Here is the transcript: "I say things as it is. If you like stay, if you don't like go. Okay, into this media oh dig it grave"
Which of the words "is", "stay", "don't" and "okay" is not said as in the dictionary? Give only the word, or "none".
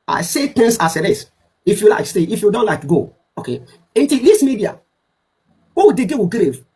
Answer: is